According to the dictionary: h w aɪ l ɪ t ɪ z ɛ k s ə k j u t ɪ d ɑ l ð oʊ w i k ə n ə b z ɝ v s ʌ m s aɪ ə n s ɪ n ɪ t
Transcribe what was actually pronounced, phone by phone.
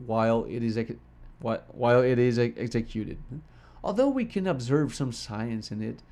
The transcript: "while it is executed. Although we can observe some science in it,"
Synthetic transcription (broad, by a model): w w aɪ l ɪ t ɪ z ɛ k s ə k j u t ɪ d ɑ l ð oʊ w i k ə n ə b z ɝ v s ʌ m s aɪ ə n s ɪ n ɪ t